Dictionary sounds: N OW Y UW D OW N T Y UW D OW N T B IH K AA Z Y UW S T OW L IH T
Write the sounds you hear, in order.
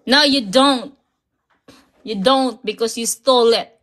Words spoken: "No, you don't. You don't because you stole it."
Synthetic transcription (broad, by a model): N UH Y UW D OW N T Y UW D OW N T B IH K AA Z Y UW S T OW L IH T